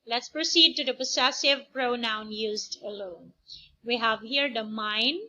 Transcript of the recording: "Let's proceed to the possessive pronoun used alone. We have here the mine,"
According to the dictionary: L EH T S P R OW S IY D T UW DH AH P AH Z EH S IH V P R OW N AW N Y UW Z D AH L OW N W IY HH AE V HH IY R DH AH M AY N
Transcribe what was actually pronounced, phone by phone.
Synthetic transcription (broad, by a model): L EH T S P R OW S IY D T UW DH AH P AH S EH S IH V P R OW N AW N Y UW Z D AH L OW N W IY HH AE V HH IY R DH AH M AY N